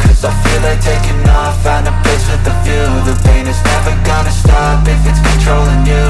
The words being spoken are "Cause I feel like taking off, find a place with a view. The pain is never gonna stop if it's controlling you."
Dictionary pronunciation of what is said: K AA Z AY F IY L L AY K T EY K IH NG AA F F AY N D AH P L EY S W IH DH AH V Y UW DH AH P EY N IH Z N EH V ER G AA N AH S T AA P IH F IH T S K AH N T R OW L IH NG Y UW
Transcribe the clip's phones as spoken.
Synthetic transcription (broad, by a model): K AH Z AY F IY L L AY K T EY K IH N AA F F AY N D AH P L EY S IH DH AH F Y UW DH AH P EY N IH Z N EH V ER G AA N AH S T AA P IH F IH T S K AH N T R OW L IH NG Y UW